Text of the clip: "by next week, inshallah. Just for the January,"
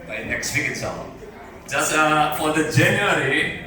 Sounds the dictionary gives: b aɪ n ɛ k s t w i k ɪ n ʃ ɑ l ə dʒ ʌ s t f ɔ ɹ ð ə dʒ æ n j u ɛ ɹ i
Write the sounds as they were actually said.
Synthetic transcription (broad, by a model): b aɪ n ɛ k s t w i k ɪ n s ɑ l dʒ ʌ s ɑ f ɔ ɹ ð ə dʒ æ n j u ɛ ɹ i